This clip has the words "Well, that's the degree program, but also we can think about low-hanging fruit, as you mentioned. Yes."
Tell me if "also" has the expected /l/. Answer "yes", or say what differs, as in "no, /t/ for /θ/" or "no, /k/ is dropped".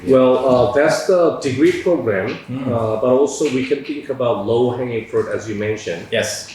yes